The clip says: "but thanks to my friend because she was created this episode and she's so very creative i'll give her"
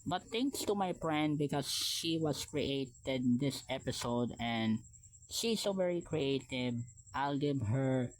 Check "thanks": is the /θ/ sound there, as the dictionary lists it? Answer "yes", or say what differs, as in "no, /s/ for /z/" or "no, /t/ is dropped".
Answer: no, /t/ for /θ/